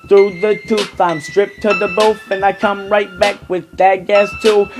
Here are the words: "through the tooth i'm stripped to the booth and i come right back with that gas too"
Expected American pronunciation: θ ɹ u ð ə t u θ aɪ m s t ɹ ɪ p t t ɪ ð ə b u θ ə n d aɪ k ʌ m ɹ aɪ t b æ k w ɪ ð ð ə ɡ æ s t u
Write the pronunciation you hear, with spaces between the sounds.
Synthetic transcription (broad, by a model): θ ɹ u ð ə t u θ aɪ m s t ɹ ɪ p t t ɪ ð ə b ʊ f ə n aɪ k ʌ m ɹ aɪ t b æ k w ɪ ð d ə ɡ æ s t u